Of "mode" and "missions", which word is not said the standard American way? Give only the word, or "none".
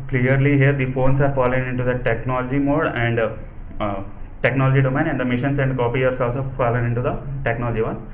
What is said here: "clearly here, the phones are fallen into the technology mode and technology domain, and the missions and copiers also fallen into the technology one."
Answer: missions